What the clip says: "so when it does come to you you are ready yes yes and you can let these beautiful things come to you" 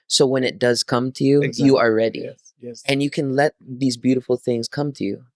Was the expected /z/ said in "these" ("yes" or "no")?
yes